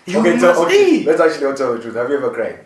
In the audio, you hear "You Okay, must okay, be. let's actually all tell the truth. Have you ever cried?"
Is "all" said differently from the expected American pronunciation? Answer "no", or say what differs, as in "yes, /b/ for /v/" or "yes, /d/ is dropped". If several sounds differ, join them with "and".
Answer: yes, /n/ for /l/